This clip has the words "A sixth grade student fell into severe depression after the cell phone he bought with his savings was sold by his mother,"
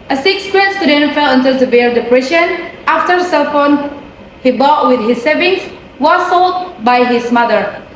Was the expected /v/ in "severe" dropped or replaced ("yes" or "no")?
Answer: yes